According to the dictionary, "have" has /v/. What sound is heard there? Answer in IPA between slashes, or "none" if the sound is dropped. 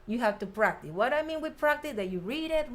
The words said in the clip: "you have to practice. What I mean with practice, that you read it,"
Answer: /f/